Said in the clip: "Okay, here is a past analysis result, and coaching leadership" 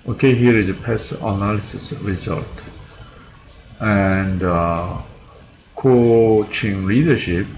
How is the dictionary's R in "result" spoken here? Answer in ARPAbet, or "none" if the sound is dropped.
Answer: R